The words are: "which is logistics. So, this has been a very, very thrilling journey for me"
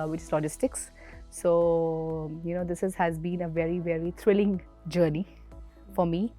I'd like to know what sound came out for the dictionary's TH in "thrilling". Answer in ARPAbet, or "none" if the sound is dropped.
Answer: T